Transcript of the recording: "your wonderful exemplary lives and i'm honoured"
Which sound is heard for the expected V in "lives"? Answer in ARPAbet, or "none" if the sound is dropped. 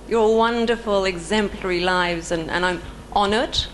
V